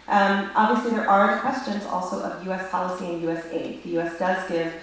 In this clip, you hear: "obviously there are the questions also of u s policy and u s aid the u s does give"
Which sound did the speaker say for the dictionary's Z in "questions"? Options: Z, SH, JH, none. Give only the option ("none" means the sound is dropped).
Z